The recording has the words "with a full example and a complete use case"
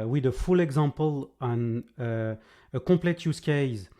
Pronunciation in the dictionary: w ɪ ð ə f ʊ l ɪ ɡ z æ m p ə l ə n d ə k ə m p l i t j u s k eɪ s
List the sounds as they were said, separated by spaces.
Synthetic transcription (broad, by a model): w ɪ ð ə f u l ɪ ɡ z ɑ m p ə l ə n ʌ ə k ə p l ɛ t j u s k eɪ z